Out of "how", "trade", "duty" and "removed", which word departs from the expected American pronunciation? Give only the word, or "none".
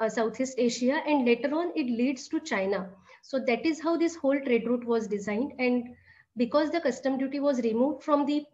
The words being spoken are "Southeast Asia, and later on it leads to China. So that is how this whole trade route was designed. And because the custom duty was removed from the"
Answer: none